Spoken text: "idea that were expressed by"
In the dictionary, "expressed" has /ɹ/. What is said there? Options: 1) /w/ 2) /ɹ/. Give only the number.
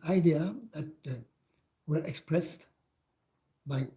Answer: 2